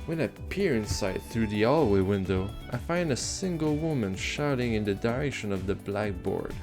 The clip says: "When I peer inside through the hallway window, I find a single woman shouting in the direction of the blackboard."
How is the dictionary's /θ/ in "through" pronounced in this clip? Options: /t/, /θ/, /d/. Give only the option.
/θ/